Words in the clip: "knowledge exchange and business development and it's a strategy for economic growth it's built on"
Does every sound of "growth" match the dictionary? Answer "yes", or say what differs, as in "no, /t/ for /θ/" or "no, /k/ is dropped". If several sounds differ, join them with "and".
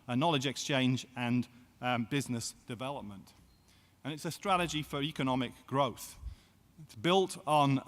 yes